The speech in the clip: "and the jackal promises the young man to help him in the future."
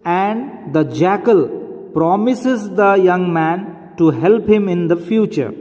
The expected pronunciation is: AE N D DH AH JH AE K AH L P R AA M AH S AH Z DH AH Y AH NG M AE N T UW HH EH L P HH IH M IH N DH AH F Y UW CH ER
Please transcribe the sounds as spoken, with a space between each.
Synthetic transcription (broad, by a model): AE N D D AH JH AE K AH L P R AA M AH S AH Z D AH Y AH NG M AE N T UW HH EH L P HH IH M IH N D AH F Y UW CH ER